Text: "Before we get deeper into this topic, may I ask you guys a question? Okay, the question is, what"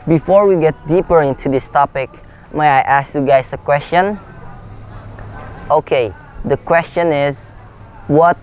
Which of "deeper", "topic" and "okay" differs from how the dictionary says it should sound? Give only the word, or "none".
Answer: none